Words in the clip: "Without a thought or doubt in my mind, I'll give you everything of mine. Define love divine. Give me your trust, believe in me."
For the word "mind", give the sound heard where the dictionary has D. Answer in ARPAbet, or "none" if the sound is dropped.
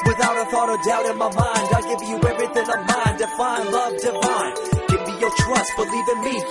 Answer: D